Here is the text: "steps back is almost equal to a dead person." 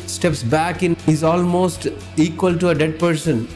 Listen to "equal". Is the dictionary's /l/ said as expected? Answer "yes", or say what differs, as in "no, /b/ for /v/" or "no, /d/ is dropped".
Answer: yes